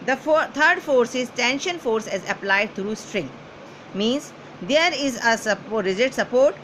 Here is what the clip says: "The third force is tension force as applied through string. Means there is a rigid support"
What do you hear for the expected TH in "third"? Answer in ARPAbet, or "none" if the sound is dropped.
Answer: T